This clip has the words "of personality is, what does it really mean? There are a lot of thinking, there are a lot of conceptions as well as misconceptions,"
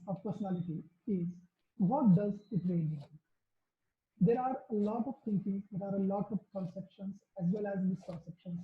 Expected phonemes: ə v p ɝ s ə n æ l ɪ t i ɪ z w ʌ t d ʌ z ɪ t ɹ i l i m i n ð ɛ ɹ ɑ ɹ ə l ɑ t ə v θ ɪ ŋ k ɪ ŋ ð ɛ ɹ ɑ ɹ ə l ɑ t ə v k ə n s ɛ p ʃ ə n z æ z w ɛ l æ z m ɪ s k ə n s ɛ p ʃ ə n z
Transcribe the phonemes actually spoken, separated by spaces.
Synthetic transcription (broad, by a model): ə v p ɝ s ə n æ l ɪ t i ɪ z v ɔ t d ʌ z ɪ t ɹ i i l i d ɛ ɹ ɑ ɹ ə l ɑ t ə v t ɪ ŋ k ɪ ŋ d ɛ ɹ ɑ ɹ ə l ɑ t ə v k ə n s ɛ p ʃ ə n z æ z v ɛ l æ z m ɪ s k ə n s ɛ p ʃ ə n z